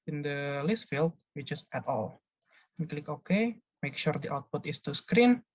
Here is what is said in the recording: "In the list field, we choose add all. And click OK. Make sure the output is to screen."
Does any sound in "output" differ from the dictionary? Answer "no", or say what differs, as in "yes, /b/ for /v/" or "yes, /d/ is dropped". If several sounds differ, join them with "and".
no